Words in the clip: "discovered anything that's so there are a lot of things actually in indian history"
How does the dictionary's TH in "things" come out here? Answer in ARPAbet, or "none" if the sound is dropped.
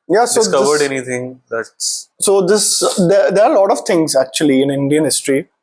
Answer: T